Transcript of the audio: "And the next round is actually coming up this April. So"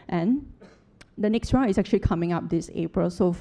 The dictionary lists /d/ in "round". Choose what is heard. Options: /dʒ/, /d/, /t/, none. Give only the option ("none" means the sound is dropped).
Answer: none